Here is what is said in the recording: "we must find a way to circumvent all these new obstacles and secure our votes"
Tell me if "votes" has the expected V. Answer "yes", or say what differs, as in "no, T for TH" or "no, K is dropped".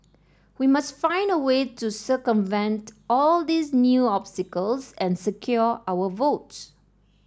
yes